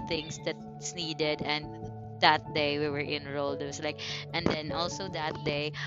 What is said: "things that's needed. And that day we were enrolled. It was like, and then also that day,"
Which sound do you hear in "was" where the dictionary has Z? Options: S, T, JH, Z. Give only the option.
S